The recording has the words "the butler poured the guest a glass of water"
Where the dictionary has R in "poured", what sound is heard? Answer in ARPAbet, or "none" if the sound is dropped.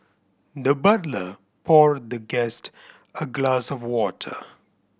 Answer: R